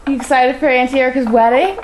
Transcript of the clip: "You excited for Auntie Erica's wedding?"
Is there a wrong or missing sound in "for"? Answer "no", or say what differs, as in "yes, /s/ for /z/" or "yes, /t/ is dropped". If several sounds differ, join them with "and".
yes, /p/ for /f/